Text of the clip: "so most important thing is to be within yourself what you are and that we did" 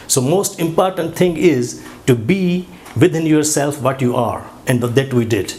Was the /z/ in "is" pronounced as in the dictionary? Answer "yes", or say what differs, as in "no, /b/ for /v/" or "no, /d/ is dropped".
yes